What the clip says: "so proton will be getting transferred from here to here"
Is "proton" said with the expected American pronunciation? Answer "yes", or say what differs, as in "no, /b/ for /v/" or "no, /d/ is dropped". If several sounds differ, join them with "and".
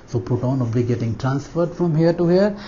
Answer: no, /ɹ/ is dropped